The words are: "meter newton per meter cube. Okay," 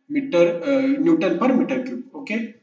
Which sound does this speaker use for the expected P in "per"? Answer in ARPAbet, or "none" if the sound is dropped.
P